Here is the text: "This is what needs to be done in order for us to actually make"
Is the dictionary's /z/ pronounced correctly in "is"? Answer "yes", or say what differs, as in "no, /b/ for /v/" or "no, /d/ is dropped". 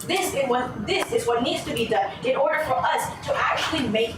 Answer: yes